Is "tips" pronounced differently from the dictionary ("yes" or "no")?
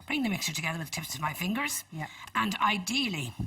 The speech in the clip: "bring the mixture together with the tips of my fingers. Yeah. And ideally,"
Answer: no